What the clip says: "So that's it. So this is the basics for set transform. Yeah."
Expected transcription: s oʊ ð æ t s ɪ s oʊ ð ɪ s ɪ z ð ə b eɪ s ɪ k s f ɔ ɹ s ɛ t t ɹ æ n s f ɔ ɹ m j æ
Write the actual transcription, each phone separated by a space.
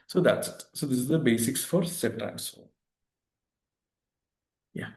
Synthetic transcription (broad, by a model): s oʊ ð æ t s s oʊ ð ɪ s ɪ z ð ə b eɪ s ɪ k s f ɔ ɹ s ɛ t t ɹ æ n s ɔ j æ